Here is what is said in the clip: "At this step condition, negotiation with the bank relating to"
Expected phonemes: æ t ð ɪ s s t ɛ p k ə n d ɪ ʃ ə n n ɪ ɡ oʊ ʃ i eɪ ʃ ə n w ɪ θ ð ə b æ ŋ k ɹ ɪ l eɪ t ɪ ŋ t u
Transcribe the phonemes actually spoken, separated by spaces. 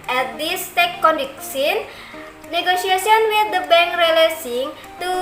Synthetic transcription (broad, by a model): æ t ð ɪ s s t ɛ k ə n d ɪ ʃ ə n n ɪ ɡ oʊ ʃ i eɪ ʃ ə n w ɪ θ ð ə b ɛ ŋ k ɹ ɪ l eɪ s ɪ ŋ t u